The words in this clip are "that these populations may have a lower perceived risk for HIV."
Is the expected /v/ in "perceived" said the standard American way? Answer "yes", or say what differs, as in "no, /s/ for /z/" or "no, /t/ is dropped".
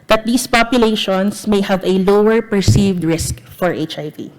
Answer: yes